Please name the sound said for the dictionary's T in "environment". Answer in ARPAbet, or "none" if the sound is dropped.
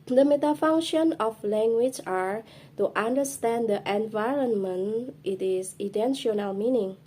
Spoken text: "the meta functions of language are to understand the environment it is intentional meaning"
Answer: T